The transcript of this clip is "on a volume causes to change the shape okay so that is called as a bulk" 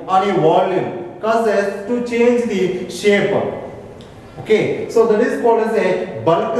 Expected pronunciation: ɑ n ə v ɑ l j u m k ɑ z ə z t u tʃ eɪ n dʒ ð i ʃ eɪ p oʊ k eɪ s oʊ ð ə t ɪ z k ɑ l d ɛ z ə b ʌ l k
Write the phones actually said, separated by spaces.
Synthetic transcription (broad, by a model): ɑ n ə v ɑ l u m k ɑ s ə s t u tʃ eɪ n dʒ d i ʃ eɪ p oʊ k eɪ s oʊ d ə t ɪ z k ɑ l ɛ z ə b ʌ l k